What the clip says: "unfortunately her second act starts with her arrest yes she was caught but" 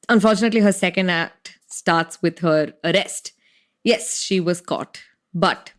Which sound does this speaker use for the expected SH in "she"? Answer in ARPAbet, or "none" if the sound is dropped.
SH